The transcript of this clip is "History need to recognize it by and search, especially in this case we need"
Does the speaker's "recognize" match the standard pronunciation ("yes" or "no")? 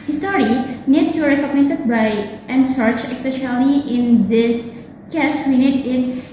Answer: no